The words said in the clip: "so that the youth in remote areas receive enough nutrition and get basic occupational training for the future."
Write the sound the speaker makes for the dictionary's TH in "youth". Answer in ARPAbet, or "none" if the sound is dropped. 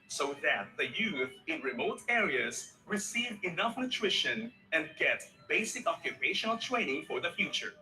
TH